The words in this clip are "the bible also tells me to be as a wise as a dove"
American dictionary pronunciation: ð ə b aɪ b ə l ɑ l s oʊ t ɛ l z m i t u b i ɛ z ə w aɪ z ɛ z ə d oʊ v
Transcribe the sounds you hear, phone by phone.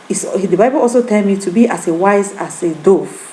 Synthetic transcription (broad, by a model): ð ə b aɪ b ə l ɑ l s oʊ t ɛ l m i t u b i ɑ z ə w aɪ z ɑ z ə d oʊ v